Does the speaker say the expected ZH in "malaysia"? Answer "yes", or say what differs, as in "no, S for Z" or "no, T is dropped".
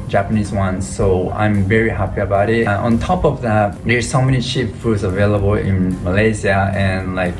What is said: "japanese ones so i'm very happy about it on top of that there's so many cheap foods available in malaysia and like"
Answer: no, Z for ZH